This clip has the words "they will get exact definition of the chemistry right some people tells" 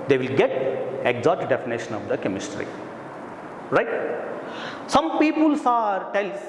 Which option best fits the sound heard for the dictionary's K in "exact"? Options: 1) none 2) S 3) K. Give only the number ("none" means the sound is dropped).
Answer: 1